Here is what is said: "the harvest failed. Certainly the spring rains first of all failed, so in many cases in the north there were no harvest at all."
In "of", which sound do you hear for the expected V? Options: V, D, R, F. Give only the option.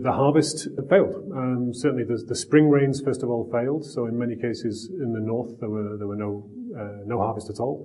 V